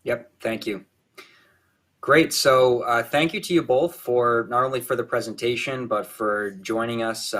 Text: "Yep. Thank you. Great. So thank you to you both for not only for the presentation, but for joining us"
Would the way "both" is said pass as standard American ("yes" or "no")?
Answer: yes